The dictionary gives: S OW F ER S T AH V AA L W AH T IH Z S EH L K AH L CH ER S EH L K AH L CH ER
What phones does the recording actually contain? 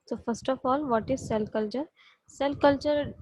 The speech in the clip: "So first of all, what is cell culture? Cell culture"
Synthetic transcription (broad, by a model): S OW F ER S T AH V AA L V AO T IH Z S EH L K AH L CH ER S EH L K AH L CH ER